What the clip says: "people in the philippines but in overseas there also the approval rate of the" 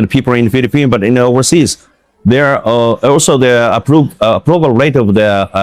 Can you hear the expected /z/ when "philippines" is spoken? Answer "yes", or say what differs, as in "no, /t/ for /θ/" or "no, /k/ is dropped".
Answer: no, /z/ is dropped